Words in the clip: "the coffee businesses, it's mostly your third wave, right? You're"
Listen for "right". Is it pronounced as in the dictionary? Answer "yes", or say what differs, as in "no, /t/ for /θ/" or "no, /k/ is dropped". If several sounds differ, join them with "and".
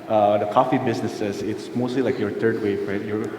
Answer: yes